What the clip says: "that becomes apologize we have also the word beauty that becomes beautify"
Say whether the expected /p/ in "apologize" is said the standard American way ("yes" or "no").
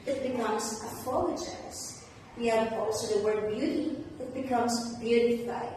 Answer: no